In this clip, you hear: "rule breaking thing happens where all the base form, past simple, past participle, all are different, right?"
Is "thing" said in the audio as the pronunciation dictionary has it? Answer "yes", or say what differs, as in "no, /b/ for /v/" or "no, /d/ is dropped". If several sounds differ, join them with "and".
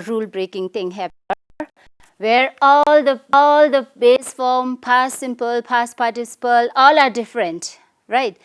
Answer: no, /t/ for /θ/